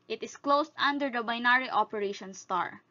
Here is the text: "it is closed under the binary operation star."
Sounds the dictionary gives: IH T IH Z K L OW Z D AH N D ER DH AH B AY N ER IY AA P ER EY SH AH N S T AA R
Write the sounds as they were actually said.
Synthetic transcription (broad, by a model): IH T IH S K L OW S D AH N D ER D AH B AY N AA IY AA P ER EY SH AH N S T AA R